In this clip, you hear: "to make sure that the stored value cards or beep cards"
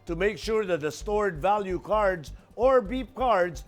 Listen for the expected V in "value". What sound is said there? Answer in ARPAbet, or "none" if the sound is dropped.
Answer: V